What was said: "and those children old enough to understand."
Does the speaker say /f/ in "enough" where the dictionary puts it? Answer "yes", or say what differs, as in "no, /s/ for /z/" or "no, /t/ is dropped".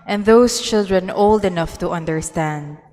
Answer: yes